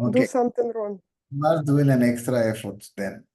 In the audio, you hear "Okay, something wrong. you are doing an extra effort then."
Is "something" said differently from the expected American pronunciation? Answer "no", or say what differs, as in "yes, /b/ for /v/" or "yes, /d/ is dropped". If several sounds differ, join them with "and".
yes, /t/ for /θ/